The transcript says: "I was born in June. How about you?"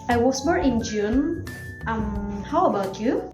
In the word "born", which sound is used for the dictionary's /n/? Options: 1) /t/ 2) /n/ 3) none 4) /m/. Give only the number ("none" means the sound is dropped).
3